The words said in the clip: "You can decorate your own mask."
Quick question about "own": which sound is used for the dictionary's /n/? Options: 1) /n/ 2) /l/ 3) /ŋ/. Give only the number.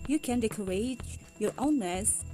1